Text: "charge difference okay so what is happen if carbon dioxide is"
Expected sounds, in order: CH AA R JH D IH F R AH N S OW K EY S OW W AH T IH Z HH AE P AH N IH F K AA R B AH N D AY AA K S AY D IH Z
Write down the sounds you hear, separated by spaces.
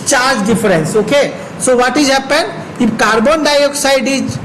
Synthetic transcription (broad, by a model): CH AA R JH D IH F R AH N S OW K EY S OW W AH T IH Z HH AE P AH N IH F K AA R B AH N D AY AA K S AY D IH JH